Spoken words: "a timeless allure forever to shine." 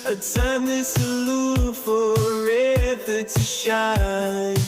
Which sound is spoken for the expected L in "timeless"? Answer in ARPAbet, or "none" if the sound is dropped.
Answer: none